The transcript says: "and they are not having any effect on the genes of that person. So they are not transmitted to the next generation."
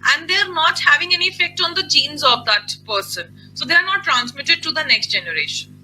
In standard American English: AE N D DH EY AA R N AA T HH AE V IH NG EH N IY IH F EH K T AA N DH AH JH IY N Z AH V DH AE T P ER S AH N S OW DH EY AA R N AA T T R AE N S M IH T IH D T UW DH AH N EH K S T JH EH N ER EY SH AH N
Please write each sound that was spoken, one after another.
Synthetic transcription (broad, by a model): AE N D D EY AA R N AA T HH AE V IH NG EH N IY IH F EH K T AA N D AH JH IY N Z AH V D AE T P ER S AH N S OW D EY AA R N AA T T R AE N S M IH T IH D T UW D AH N EH K S T JH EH N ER EY SH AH N